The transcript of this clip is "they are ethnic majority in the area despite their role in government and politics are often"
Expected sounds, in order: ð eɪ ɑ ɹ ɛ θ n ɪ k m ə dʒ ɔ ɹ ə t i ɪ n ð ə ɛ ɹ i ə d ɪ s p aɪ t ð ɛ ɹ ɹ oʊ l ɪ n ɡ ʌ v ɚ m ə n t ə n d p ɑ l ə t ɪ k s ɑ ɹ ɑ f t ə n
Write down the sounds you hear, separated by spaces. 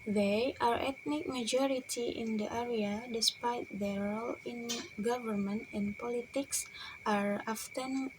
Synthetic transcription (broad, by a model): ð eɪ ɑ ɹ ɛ t n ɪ k m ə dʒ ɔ ɹ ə t i ɪ n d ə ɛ ɹ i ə d ɪ s p aɪ t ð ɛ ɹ ɹ oʊ l ɪ n ɡ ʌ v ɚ m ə n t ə n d p ɑ l ə t ɪ k s ɑ ɹ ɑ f t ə n